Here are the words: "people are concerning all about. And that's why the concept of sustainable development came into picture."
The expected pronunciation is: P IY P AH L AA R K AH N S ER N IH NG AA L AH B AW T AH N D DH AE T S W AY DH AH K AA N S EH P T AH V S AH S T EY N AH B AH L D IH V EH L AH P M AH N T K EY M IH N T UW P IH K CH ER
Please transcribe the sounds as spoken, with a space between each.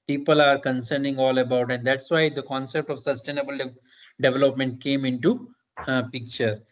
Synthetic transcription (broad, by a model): P IY P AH L AA R K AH N S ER N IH NG AA L AH B AW T AH N D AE T S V AY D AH K AA N S EH P T AH V S AH S T EY N AH B AH L D IH V EH L AH P M AH N T K EY M IH N T UW P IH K CH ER